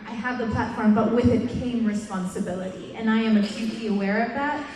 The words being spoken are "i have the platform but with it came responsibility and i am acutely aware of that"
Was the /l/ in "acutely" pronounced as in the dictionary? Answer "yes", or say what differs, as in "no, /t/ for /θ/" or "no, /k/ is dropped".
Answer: no, /l/ is dropped